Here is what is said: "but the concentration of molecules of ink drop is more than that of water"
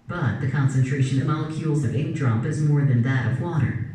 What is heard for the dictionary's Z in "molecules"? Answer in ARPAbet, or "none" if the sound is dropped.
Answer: Z